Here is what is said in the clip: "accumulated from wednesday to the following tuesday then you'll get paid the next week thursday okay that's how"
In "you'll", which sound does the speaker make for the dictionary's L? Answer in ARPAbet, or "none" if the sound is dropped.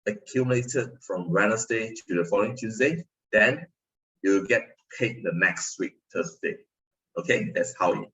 W